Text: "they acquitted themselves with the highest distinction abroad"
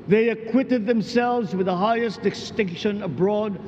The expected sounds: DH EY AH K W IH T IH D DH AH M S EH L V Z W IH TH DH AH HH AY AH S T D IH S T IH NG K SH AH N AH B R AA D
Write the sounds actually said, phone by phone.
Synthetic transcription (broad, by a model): DH EY AH K W IH T IH D DH AH M S EH L V Z W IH DH AH HH AY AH S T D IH S T IH NG K SH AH N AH B R AA D